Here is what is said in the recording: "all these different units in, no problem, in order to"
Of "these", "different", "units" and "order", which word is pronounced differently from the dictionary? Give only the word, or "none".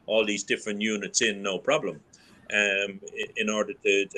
none